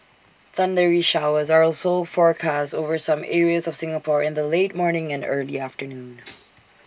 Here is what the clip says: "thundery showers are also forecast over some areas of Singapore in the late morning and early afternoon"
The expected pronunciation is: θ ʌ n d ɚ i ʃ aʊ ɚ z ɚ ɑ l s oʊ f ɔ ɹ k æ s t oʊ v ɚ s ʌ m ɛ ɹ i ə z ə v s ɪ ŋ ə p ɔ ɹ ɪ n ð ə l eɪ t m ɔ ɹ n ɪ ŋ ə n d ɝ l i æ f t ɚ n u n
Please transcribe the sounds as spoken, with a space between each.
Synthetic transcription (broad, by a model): θ ʌ n d ɚ i ʃ aʊ ɚ z ɚ ɑ l s oʊ f ɔ ɹ k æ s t oʊ v ɚ s ʌ m ɛ ɹ i ə z ə v s ɪ ŋ ə p ɔ ɹ ɪ n ð ə l eɪ t m ɔ ɹ n ɪ ŋ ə n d ɝ l i æ f t ɚ n u n